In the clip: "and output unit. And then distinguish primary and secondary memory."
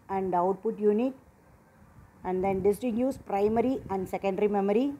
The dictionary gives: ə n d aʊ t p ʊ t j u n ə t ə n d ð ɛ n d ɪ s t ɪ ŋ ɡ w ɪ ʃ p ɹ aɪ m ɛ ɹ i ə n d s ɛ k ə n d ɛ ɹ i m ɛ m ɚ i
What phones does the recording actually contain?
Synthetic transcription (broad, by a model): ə n d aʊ t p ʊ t j u n ə t ə n d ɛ n d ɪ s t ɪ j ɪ s p ɹ aɪ m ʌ ɹ i ə n d s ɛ k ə n d ɹ i m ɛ m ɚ i